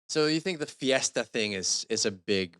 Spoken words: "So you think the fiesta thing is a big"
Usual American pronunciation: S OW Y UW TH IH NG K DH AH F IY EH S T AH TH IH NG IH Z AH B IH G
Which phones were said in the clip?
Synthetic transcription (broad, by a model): S OW Y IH TH IH NG K DH AH F IY EH S T AH TH IH NG IH Z AH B IH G